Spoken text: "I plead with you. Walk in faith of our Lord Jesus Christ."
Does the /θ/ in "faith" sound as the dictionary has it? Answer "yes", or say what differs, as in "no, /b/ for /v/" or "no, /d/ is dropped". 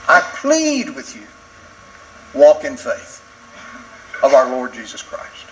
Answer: yes